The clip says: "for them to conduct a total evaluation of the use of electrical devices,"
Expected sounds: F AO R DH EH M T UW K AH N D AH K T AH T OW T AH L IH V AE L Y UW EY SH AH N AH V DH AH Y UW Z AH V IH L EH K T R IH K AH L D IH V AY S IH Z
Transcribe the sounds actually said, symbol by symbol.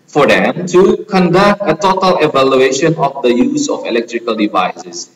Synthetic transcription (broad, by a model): F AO R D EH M T UW K AH N D AH K T AH T OW T AH L IH V AE L Y UW EY SH AH N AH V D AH Y UW Z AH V IH L EH K T R IH K AH L D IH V AY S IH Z